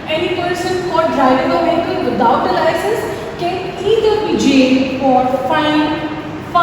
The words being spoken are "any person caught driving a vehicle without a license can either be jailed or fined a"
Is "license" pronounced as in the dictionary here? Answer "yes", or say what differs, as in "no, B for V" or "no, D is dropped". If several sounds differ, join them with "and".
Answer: no, N is dropped